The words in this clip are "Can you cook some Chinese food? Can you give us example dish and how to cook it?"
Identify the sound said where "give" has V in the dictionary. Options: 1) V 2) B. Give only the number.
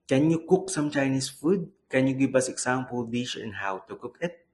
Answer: 2